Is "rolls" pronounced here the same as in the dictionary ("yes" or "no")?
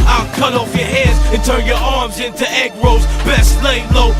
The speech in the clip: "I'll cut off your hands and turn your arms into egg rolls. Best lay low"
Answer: no